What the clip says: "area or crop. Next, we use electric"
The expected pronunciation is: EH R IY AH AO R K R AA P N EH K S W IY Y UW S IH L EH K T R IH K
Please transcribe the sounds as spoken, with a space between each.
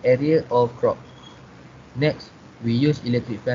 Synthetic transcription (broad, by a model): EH R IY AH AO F K R AA P N EH K S W IY Y UW S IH L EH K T R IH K